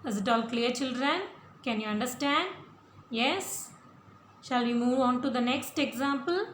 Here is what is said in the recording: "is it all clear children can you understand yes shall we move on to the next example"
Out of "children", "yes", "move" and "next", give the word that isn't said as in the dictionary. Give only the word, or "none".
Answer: none